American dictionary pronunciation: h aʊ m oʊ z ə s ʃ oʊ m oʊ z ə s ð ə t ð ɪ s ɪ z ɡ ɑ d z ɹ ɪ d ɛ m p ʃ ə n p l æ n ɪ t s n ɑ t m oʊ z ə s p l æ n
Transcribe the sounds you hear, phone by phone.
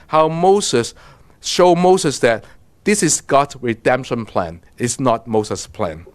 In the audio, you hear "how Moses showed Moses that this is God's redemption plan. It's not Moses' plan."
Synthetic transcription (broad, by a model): h aʊ m oʊ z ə s ʃ oʊ m oʊ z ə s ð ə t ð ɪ s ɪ s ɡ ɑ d s ɹ ɪ d ɛ m p ʃ ə n p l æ n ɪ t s n ɑ t m oʊ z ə s p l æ n